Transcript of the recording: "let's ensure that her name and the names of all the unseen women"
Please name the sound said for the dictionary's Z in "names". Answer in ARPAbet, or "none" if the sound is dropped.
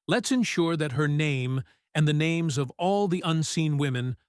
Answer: Z